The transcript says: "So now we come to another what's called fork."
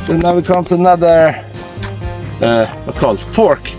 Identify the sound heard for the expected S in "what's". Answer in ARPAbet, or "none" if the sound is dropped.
none